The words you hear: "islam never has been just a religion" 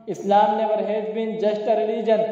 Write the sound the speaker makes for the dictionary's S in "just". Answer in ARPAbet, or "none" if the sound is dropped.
SH